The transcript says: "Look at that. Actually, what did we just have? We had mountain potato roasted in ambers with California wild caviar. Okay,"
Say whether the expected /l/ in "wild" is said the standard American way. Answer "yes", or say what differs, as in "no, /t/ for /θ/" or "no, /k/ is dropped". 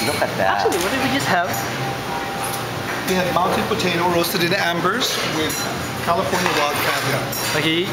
no, /l/ is dropped